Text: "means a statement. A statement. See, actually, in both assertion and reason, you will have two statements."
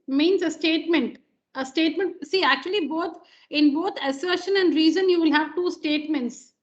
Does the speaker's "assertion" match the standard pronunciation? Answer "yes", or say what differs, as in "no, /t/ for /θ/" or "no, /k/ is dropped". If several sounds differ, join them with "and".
yes